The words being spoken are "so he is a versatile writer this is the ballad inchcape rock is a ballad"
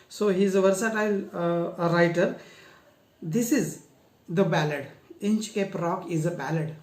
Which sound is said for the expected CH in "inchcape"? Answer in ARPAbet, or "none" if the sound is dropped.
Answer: CH